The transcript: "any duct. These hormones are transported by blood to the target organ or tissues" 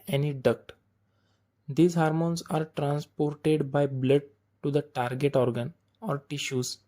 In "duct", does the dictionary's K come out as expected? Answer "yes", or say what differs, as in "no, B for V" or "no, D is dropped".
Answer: yes